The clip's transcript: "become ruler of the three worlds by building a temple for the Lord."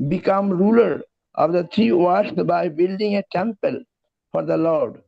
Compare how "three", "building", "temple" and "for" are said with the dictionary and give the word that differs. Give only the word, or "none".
three